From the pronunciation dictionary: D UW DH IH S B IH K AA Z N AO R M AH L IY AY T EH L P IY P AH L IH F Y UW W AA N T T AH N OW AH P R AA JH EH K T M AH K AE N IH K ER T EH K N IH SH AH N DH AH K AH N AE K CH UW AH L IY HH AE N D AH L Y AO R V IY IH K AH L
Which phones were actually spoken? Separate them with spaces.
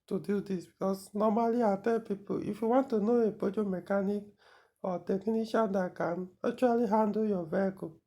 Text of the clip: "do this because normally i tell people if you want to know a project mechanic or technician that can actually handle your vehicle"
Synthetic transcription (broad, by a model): D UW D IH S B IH K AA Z N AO M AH L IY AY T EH P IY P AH IH F Y UW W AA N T T AH N OW AH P AO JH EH M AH K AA N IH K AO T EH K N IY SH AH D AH K AH N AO CH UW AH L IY HH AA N D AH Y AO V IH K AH